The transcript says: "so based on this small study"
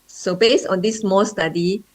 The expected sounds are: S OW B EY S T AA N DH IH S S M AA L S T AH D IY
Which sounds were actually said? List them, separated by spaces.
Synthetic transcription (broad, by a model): S OW B EY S AA N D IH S S M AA S T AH D IY